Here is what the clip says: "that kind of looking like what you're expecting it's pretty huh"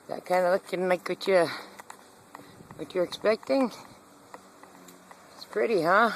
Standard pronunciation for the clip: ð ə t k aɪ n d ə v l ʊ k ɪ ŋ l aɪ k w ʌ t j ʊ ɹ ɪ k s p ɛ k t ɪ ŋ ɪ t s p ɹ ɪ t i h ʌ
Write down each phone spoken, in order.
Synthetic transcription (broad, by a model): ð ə t k aɪ n d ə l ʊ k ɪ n l aɪ k w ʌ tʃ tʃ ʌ ɹ ɪ k s p ɛ k t ɪ ŋ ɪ t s p ɹ ɪ t i h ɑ